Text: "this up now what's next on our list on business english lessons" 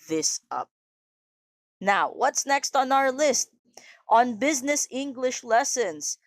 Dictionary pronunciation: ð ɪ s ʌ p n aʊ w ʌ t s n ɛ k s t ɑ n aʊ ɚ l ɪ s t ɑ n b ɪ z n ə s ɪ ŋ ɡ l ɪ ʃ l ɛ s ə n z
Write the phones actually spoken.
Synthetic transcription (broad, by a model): ð ɪ s ʌ p n aʊ w ʌ t s n ɛ k s t n aʊ ɚ l ɪ s t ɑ n b ɪ z n ə s ɪ ŋ ɡ l ɪ ʃ l ɛ s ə n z